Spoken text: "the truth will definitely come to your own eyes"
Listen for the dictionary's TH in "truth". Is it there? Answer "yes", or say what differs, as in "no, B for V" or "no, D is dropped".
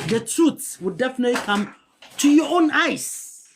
no, S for TH